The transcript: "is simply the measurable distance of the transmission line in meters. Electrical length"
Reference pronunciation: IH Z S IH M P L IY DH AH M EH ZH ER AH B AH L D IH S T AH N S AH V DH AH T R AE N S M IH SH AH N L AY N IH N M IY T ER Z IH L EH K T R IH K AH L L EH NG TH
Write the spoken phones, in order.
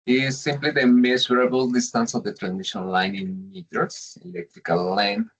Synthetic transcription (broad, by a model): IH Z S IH M P L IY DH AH M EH S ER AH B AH L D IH S T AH N S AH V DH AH T R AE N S IH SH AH N L AY N IH N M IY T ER S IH L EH K T R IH K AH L L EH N